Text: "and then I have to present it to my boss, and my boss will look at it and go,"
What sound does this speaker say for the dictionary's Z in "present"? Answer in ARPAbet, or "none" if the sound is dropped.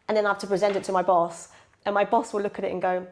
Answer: Z